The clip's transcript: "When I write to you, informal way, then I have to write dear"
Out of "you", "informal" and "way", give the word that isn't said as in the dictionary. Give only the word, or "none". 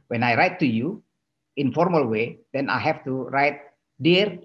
none